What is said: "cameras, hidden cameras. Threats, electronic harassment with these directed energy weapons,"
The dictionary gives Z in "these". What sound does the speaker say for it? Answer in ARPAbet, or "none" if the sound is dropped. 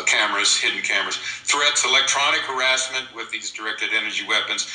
Z